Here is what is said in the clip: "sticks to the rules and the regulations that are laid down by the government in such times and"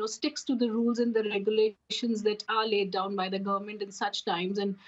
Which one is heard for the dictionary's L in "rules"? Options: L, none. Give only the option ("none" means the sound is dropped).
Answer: L